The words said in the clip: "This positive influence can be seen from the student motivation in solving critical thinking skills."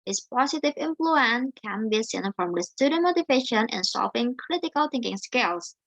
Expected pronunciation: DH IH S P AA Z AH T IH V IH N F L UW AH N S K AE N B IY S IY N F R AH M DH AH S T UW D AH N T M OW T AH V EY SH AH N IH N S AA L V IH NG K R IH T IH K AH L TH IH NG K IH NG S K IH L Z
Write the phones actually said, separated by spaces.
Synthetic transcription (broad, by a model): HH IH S P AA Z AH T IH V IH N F L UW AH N K AE N B IY S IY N F R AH M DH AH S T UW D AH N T M OW T AH V EY SH AH N IH N S AA L V IH NG K R IH T IH K AH L TH IH NG K IH NG S K IH L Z